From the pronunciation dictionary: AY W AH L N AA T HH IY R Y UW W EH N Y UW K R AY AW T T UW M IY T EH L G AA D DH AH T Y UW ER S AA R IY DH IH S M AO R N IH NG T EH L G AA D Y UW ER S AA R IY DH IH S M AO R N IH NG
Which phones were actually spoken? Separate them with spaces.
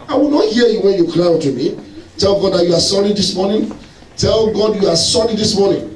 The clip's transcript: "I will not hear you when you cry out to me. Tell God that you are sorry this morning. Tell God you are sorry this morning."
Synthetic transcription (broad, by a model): AY W AH L N AA T HH IY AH Y UW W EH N Y UW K L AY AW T T UW M IY T EH L G AA D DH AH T Y UW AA S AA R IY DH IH S M AO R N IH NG T EH L G AA D Y UW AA S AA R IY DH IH S M AO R N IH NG